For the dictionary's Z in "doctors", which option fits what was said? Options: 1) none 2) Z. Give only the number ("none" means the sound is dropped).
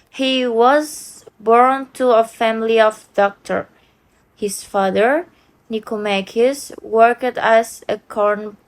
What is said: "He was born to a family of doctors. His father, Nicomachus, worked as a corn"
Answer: 1